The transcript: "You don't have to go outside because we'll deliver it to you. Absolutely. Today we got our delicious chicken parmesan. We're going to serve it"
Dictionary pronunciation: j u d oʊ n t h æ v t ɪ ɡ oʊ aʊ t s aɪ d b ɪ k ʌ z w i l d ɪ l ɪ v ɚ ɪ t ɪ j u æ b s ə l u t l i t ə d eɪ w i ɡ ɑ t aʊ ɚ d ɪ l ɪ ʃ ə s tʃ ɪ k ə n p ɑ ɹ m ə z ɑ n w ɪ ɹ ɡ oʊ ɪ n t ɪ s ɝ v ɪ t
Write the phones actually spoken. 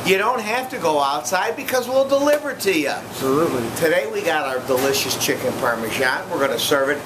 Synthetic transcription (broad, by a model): j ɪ d oʊ n t h æ f t ɪ ɡ oʊ aʊ t s aɪ d b ɪ k ʌ z w i l d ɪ l ɪ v ɚ t ɪ j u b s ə l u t l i t ə d eɪ w i ɡ ɑ t aʊ ɚ d ɪ l ɪ ʃ ə s tʃ ɪ k ə n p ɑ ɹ m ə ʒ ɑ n w ɪ ɹ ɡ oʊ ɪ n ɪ s ɝ v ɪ t